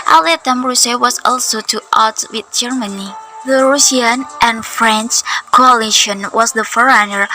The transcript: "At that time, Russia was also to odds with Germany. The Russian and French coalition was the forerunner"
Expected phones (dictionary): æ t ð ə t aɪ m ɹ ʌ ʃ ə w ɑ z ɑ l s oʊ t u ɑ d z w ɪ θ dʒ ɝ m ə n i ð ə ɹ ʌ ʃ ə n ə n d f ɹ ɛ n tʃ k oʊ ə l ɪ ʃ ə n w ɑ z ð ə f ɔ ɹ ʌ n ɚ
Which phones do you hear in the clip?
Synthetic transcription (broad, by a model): t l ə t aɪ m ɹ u s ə w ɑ s ɑ l s oʊ t u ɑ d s w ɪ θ dʒ ɝ m ə n i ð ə ɹ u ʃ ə n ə n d f ɹ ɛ n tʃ k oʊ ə l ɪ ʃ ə n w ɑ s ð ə f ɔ ɹ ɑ n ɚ